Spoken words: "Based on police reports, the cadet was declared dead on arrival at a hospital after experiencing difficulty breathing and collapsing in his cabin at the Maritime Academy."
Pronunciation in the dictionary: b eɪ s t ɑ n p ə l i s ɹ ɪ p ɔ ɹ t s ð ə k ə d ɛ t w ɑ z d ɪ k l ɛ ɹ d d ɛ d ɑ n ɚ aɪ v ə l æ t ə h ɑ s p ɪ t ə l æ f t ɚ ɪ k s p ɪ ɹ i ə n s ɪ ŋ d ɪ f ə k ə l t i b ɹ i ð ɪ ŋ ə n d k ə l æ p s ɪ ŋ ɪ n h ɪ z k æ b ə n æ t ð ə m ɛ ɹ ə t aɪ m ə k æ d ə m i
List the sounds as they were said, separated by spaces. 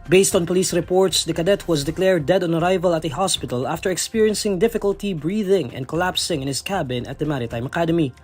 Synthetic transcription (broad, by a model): b eɪ s t ɑ n p ə l i s ɹ ɪ p ɔ ɹ t s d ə k ə d ɛ t w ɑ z d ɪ k l ɛ ɹ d d ɛ d ɑ n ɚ aɪ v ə l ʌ t ə h ɑ s p ɪ t ə l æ f t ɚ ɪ k s p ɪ ɹ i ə n s ɪ ŋ d ɪ f ə k ə l t i b ɹ i ð ɪ ŋ ə n d k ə l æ p s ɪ ŋ ɪ n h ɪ s k æ b ə n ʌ t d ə m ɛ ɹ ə t aɪ m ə k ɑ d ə m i